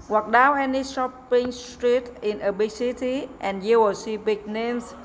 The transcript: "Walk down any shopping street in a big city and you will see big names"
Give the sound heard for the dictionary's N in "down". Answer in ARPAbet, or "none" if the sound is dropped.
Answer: none